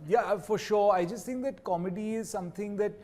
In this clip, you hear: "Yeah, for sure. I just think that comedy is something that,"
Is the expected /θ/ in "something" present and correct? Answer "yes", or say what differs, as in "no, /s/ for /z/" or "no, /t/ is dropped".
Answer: no, /t/ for /θ/